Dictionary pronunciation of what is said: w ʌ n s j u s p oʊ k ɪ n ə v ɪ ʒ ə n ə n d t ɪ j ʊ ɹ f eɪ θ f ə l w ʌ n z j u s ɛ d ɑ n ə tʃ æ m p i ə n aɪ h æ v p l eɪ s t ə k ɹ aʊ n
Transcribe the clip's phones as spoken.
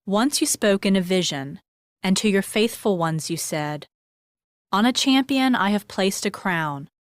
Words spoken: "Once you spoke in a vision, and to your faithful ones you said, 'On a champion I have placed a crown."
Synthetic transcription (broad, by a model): w ʌ n s j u s p oʊ k ɪ n ə v ɪ ʒ ə n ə n t ɪ j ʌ ɹ f eɪ θ f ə l w ʌ n z j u s ɛ d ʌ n ə tʃ æ m p i ə n aɪ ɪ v p l eɪ s t ə k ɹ aʊ n